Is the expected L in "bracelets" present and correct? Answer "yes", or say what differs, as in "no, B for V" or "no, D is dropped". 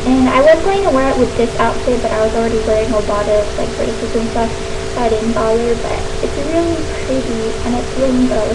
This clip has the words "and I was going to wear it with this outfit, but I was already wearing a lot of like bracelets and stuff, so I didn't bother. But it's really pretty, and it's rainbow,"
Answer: no, L is dropped